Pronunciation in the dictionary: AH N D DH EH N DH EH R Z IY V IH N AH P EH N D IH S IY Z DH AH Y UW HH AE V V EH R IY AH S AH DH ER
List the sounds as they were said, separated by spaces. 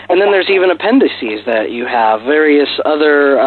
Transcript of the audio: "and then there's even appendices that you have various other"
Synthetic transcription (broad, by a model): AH N DH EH N DH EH R Z IY V IH N AH P EH N D IH S IY Z DH AH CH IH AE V V EH R IY AH S AH DH ER